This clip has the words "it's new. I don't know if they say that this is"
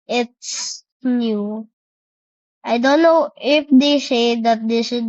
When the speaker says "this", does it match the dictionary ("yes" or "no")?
no